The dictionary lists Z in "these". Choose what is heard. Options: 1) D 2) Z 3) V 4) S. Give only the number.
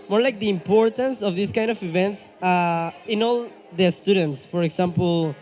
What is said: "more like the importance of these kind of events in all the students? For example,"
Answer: 4